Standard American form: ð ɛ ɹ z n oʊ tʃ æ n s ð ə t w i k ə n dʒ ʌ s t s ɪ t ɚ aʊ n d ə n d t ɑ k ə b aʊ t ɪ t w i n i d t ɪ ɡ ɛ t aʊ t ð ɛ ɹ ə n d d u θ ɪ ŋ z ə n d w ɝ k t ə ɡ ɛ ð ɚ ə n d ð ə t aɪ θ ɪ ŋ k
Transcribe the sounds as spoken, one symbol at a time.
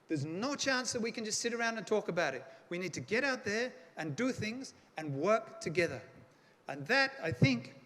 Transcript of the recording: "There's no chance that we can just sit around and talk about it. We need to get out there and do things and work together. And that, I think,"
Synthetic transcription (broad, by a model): ð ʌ ɹ z n oʊ tʃ æ n s ð ə t w i k ə n dʒ ʌ s t s ɪ t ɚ aʊ n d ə n t ɑ k ə b aʊ t ɪ t w i n i d t ɪ ɡ ɛ t aʊ t ð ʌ ɹ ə n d d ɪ θ ɪ ŋ z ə n w ɝ k t ə ɡ ɛ ð ɚ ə n ð ə t aɪ θ ɪ ŋ k